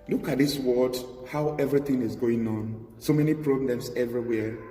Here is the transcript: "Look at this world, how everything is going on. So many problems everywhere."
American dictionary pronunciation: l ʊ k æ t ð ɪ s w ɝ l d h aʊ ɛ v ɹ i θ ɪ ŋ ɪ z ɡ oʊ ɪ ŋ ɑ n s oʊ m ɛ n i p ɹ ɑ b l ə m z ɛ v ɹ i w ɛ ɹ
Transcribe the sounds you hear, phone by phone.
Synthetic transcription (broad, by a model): l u k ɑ t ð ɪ s w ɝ d h aʊ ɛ v ɹ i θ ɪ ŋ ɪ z ɡ oʊ ɪ ŋ ɑ n s oʊ m ɛ n i p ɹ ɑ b l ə m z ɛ v ɹ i w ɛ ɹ